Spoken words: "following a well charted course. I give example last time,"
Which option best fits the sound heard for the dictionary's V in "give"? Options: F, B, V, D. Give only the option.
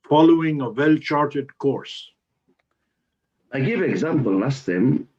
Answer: V